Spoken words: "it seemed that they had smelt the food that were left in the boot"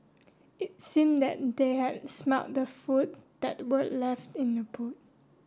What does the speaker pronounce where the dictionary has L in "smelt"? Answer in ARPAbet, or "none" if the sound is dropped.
none